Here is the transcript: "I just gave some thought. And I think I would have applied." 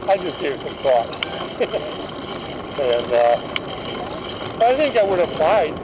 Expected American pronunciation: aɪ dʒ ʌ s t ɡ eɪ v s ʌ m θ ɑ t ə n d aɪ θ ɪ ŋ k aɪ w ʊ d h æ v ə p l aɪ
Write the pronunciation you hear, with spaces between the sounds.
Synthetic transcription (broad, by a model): aɪ dʒ ʌ s ɡ eɪ v s ʌ m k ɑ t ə n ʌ aɪ θ ɪ ŋ k aɪ w ʊ d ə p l aɪ